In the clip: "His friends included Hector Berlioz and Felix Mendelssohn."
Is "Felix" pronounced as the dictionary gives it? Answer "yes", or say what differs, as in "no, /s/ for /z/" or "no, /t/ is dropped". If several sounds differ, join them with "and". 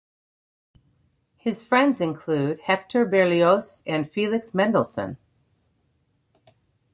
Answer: yes